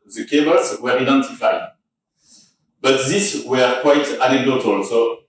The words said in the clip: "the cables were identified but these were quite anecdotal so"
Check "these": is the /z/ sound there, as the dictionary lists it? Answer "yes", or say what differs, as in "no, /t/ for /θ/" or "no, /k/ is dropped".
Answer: no, /s/ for /z/